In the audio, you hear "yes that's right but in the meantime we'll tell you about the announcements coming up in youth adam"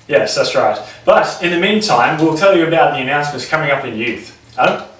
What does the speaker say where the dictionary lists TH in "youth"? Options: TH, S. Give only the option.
TH